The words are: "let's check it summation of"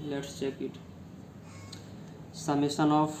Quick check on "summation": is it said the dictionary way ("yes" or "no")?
no